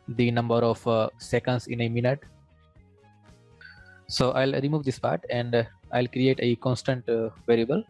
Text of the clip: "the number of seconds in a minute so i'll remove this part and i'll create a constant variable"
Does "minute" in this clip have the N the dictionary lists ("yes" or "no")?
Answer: yes